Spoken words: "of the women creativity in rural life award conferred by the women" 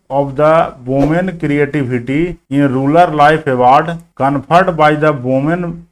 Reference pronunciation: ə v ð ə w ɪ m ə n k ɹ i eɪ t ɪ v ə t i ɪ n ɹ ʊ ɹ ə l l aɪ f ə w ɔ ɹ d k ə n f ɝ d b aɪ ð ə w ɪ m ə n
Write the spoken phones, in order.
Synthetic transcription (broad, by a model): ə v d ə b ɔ m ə n k ɹ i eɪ t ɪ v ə t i ɪ n ɹ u l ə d l aɪ p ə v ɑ ɹ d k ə n p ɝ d b aɪ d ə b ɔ m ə n